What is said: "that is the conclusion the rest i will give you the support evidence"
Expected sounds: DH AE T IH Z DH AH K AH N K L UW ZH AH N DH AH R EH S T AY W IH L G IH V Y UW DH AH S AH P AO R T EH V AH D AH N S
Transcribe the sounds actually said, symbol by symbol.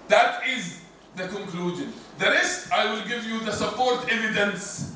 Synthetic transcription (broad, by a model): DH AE T IH Z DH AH K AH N K L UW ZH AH N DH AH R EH S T AY W IH L G IH V Y UW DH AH S AH P AO R T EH V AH D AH N S